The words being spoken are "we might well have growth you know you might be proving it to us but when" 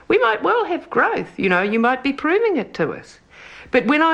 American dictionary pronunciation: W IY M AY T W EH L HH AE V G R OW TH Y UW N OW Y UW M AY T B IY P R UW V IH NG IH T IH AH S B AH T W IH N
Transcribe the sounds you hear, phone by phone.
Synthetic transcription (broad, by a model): W IY M AY T W EH L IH V G R OW TH Y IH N OW Y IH M AY T B IY P R UW V IH NG IH T IH AH S B AH T W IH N